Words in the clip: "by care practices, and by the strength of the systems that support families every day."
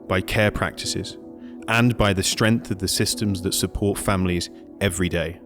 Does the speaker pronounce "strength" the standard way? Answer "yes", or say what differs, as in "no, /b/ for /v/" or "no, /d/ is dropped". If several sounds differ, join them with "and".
yes